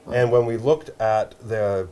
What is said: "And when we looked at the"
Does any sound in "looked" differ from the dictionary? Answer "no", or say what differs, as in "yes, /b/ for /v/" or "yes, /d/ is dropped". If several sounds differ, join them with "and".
no